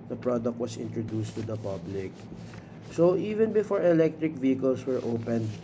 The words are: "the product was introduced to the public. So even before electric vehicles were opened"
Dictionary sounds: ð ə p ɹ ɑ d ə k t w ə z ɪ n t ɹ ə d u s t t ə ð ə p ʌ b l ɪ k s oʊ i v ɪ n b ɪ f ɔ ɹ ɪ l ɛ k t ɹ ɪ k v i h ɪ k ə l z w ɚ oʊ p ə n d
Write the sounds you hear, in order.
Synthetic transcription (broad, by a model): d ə p ɹ ɑ d ə k t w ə s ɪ n t ɹ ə d u s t t ə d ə p ʌ b l ɪ k s oʊ i v ɪ n b ɪ f ɔ ɹ ɪ l ɛ k t ɹ ɪ k v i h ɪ k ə l s w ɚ oʊ p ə n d